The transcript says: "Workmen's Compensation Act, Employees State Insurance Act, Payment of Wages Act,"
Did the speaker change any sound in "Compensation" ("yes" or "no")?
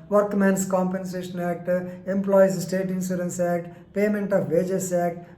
no